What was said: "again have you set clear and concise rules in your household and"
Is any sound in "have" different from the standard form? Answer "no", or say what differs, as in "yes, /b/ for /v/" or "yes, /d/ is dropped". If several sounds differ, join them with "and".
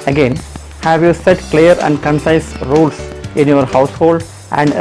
no